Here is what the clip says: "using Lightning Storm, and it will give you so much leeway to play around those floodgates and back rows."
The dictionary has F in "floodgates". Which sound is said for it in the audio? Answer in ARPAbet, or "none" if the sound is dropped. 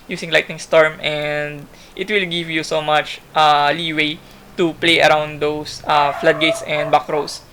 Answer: F